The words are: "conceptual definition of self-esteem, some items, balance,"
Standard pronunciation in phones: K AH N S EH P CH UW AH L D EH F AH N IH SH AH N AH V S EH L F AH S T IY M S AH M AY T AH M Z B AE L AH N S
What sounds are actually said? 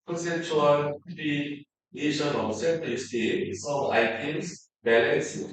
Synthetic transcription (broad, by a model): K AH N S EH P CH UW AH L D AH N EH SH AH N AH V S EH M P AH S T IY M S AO AY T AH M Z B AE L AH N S